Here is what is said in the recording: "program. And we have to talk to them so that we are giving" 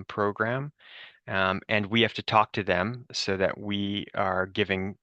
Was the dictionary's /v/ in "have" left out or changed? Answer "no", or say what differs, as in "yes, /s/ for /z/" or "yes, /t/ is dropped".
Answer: yes, /f/ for /v/